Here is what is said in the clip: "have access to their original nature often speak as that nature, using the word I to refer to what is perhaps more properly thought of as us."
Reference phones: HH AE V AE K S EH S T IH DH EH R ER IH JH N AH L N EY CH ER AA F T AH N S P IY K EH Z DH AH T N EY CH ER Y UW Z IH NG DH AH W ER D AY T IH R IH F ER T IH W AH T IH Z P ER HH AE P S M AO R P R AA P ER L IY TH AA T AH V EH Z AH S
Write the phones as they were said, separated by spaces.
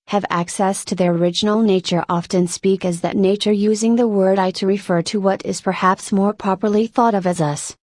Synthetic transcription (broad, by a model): HH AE V AE K S EH S T IH DH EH R IH JH N L N EY CH ER AA F T AH N S P IY K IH Z DH AH T N EY CH ER Y UW Z IH NG DH AH W ER D AY T IH R IH F ER T IH W AH T IH Z P ER HH AE P S M AO R P R AA P ER L IY TH AA T AH V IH Z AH S